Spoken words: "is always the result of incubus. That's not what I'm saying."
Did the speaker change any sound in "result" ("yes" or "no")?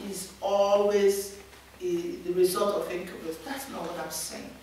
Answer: no